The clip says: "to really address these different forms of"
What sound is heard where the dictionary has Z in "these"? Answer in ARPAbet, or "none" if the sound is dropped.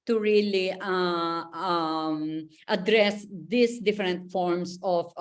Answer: S